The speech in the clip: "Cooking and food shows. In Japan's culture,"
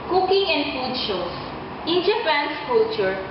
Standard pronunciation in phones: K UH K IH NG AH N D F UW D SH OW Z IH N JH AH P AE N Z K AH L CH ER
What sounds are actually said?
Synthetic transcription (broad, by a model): K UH K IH NG AH N D F UW D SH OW S IH N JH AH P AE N S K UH L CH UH